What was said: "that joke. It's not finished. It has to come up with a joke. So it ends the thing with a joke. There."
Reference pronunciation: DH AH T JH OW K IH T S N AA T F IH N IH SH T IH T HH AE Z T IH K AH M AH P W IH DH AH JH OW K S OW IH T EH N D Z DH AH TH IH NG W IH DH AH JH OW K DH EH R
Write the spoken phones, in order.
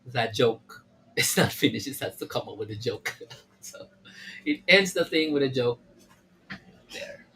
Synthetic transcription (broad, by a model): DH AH T JH OW K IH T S N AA T F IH N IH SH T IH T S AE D T IH K AH M AH P W IH DH AH JH OW K S OW IH T EH N D Z DH AH TH IH NG W IH DH AH JH OW K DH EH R